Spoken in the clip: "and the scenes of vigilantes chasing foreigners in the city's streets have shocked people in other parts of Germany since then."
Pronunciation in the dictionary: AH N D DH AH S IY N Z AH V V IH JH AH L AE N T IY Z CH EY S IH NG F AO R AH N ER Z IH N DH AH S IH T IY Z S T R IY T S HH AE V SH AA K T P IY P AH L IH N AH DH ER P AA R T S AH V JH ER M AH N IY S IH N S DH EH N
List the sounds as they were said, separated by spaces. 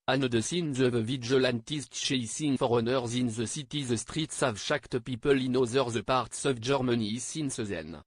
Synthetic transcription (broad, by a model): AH N D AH S IY N Z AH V V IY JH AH L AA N T IY S CH EY S IH NG F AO R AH N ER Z IH N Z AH S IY T IY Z S T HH IY T S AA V SH AA K T P IY P AH L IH N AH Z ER P AA R T S AH V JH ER M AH N IY S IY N S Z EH N